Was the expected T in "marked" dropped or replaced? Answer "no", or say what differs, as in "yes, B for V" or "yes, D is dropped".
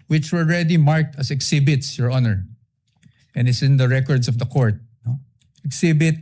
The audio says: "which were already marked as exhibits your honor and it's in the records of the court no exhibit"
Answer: no